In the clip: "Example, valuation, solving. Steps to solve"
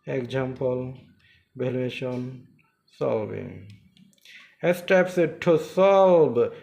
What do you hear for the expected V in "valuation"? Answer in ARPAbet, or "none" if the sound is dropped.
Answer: B